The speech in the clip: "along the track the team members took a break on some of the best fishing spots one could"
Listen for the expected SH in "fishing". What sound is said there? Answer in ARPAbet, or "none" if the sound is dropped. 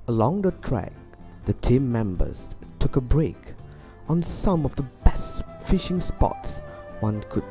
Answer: SH